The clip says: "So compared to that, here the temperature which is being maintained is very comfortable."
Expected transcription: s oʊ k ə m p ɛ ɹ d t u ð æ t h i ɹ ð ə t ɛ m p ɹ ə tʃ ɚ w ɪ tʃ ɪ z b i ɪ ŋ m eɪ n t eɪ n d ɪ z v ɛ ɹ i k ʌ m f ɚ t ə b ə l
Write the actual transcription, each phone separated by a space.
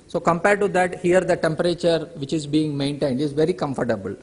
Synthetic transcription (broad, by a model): s oʊ k ə m p ɛ ɹ d t u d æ t h i ɹ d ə t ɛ m p ɹ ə tʃ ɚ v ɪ tʃ ɪ z b i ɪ ŋ m eɪ n t eɪ n d ɪ z v ɛ ɹ i k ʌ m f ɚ t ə b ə l